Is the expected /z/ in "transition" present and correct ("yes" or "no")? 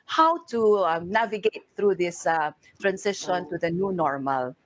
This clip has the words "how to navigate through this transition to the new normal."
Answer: no